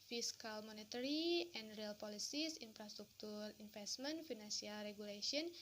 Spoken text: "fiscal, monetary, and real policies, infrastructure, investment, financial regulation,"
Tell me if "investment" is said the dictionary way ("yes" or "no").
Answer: no